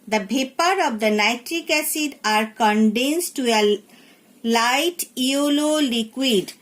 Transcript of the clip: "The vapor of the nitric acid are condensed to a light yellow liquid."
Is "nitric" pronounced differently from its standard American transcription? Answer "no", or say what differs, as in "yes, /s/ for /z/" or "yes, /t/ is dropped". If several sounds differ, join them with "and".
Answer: no